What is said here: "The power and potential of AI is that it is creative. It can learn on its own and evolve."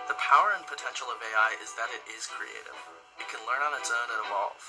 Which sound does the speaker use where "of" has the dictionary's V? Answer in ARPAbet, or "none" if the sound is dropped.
V